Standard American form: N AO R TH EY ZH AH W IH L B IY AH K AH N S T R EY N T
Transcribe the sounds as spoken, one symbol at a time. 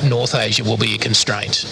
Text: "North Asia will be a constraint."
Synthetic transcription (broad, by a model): N AO R TH EY ZH AH W IH L B IY AH K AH N S T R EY N T